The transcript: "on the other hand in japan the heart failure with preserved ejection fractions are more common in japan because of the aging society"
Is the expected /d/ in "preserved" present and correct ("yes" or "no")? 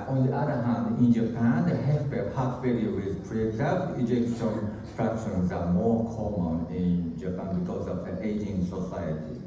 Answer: no